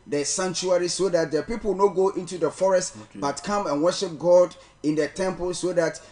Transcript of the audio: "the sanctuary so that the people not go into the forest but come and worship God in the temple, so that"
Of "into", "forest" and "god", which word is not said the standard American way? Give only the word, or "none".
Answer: none